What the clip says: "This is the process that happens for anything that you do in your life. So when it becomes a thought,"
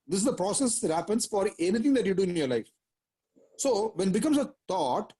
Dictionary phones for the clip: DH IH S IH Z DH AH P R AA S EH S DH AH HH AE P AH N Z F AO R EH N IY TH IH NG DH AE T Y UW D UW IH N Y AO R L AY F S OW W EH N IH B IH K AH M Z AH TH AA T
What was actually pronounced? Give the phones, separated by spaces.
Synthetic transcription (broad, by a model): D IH S IH Z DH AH P R AA S EH S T HH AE P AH N S F AO R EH N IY T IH NG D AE T Y UW D UW IH N Y AO R L AY F S OW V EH N B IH K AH M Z AH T AA T